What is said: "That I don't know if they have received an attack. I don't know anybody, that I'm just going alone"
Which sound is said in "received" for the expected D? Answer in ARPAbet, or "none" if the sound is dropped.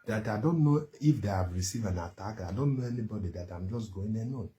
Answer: none